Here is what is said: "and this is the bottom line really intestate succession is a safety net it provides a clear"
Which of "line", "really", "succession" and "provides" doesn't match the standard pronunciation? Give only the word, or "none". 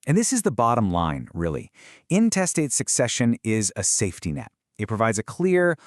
none